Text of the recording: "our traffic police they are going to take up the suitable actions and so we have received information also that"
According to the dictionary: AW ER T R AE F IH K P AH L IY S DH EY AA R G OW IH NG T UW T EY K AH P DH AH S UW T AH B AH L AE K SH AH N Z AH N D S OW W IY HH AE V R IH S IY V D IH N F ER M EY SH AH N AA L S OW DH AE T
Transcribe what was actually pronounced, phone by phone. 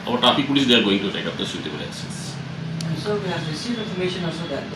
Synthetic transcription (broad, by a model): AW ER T AA P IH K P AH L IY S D EY AA R G OW IH NG T UW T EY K AH P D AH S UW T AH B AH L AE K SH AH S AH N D S OW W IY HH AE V R IH S IY V D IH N F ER M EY SH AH N AA L S OW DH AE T